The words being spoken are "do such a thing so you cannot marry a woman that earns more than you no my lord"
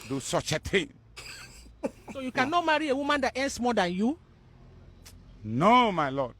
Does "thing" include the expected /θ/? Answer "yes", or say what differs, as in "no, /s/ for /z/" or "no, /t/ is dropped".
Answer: no, /t/ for /θ/